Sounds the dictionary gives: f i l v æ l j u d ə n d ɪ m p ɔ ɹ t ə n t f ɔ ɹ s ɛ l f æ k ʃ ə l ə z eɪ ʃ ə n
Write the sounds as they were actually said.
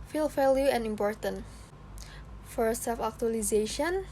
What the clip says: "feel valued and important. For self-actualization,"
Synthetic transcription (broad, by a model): f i l f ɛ l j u ə n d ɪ m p ɔ ɹ t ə n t f ɔ ɹ s ɛ l f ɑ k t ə l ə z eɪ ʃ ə n